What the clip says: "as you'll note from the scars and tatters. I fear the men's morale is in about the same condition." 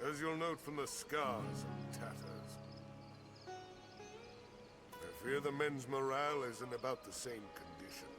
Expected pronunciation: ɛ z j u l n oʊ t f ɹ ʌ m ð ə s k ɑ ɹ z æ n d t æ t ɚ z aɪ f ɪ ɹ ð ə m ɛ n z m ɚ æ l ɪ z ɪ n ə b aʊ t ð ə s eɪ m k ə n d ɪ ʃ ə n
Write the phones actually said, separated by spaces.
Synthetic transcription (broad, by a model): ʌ z j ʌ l n oʊ t f ɹ ʌ m ð ə s k ɑ ɹ z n t æ t ɚ z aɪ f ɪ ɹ ð ə m ɛ n z m ɚ æ l ɪ z ɪ n ə b aʊ t ð ə s eɪ m k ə n d ɪ ʃ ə n